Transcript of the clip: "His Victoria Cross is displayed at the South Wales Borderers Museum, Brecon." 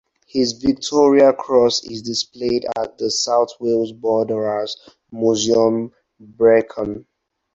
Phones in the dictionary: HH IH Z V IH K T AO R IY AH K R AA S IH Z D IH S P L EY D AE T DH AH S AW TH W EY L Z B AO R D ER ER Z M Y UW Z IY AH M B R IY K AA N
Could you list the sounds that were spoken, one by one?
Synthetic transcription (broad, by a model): HH IH Z V IH K T AO R IY AH K R AA S IH Z D IH S P L EY D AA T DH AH S AW TH W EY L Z B AO D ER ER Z M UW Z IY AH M B R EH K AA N